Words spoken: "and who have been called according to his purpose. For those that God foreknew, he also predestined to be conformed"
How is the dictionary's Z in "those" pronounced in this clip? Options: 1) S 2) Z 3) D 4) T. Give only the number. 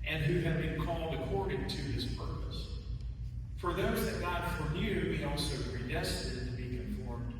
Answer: 2